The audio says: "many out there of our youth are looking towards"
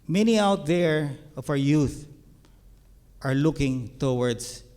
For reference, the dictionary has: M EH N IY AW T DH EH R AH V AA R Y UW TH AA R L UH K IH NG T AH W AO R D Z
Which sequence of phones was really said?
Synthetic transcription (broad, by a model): M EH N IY AW T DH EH R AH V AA W Y UW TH AA R L UH K IH NG T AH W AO R D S